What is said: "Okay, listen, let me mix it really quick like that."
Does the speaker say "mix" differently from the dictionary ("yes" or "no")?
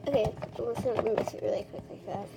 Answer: yes